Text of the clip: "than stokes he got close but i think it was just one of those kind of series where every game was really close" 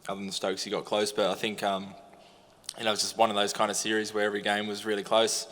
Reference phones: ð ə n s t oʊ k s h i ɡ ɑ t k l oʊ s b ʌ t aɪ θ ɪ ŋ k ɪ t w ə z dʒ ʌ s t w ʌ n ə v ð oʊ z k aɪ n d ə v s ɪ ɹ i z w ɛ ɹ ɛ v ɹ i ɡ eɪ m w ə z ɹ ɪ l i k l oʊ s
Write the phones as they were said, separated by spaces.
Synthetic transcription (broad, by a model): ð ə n s t oʊ k s h i ɡ ɑ t k l oʊ s b ʌ t aɪ θ ɪ ŋ k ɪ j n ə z dʒ ʌ s t w ʌ n ə v ð oʊ z k aɪ n d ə s ɪ ɹ i z w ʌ ɹ ɛ v ɹ i ɡ eɪ m w ə z ɹ ɪ l i k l oʊ s